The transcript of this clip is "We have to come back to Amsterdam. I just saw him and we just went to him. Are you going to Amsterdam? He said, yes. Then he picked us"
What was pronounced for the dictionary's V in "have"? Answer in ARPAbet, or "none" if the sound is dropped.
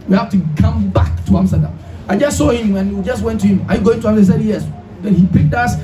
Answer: F